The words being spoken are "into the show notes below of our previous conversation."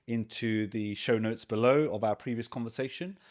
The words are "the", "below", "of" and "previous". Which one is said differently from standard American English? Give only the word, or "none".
none